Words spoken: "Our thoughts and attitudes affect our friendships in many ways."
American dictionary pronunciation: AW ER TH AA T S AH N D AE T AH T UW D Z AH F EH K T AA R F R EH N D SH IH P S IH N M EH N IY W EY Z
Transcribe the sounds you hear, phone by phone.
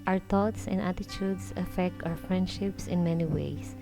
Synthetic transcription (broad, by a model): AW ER T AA T S AH N D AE T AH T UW D S AH F EH K T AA W F R EH N D SH IH P S IH N M EH N IY W EY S